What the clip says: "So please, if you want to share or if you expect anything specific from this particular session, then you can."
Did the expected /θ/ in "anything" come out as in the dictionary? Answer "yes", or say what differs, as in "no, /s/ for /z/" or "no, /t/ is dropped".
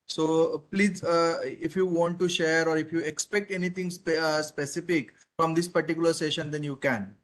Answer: no, /t/ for /θ/